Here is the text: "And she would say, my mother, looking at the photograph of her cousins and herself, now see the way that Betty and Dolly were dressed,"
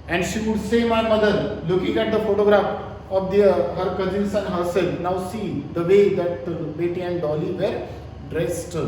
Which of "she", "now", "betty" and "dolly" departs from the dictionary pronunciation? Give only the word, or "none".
none